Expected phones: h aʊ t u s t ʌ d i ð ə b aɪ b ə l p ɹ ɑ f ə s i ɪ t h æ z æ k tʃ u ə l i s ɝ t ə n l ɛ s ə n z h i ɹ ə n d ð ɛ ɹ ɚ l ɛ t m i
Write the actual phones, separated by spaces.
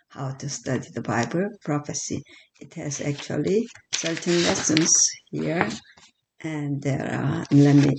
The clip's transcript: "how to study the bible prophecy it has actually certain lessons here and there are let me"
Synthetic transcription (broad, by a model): h aʊ t u s t ʌ d i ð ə b aɪ b ə l p ɹ ɑ f ə s i ɪ t h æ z æ k tʃ u ə l i s ɝ t ə n l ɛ s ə n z h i ɹ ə n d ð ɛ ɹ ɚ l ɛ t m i